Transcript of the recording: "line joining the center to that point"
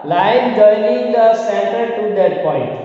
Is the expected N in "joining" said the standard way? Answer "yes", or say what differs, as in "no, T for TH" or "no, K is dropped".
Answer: no, L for N